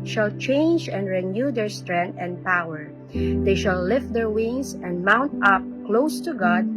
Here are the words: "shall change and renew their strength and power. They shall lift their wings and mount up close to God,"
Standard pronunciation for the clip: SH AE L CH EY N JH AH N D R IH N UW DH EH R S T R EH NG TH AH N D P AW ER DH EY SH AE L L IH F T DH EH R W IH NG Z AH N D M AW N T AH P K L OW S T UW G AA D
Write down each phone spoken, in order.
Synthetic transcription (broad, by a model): SH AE L CH EY N JH AH N D R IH N UW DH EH R S T R EH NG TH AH N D P AW ER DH EY SH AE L L IH F T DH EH R W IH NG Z AH N D M AW N T AH P K L OW S T UW G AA D